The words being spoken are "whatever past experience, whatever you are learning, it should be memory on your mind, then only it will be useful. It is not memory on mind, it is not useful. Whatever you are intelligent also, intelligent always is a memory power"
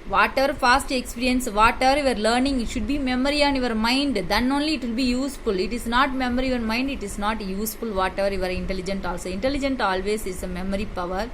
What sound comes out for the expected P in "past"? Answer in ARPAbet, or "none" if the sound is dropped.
F